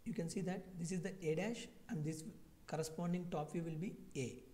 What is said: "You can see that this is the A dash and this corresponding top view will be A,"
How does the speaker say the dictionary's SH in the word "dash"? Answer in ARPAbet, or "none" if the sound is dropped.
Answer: SH